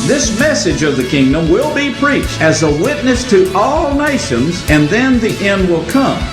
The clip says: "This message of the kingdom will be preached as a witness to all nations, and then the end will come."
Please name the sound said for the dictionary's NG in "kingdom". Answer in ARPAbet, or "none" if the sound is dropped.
NG